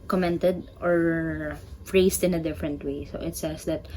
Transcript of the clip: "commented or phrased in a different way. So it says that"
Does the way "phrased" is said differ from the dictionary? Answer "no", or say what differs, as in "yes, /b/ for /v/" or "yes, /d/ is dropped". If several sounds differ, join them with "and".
yes, /s/ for /z/